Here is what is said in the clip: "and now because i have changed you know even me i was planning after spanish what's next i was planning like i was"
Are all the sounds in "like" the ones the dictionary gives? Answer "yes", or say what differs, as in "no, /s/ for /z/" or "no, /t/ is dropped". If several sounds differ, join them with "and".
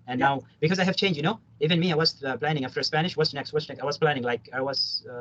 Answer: yes